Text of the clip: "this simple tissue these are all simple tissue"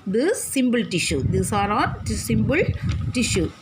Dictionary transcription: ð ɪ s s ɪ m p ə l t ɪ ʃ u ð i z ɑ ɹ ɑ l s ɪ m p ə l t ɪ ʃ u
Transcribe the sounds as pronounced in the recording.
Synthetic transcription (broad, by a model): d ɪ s s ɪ m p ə l t ɪ ʃ u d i s ɑ ɹ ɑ n s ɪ m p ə l t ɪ ʃ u